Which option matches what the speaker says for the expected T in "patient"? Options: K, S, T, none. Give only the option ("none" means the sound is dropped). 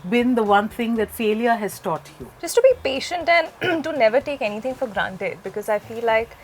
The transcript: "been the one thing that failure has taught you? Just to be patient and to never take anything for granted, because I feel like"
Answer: T